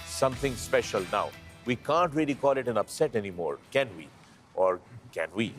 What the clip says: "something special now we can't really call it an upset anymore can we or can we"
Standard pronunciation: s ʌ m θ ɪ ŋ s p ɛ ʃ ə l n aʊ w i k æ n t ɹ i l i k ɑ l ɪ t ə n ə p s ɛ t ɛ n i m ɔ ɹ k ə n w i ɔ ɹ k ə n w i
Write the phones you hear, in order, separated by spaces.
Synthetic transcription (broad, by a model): s ʌ m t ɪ ŋ s p ɛ ʃ ə l n aʊ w i k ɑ n t ɹ i l i k ɑ l ɪ t ə n ə p s ɛ t ɛ n i m ɔ ɹ k ə n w i ɔ ɹ k ə n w i